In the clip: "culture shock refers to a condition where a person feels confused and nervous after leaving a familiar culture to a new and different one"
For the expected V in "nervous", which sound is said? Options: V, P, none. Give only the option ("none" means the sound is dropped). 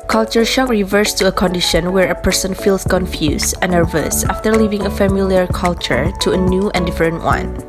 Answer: V